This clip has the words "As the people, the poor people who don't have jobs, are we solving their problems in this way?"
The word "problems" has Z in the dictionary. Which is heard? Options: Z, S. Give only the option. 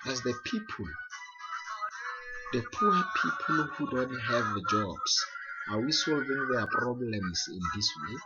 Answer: S